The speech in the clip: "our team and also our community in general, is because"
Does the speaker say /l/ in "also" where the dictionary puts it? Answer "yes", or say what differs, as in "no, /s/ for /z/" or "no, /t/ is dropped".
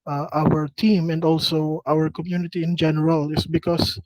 yes